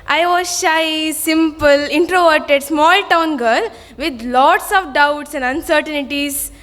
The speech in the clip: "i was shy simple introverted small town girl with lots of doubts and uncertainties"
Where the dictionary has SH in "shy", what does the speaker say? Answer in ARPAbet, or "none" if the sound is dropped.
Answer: SH